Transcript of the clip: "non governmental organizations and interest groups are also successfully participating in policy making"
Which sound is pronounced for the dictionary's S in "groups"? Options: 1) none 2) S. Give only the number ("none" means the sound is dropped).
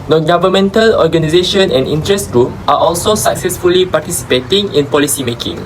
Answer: 1